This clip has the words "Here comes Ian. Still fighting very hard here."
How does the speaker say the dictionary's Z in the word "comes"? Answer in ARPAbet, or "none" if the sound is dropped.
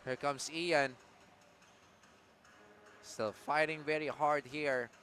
S